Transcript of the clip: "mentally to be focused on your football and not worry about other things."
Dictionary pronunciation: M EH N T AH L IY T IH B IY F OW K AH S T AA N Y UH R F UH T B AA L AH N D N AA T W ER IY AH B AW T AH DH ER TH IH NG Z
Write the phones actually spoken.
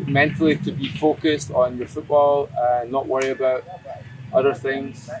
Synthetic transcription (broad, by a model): M EH N T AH L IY T IH B IY F OW K AH S T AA N Y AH R F UH T B AA L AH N N AA T W ER IY AH B AW T AH DH ER TH IH NG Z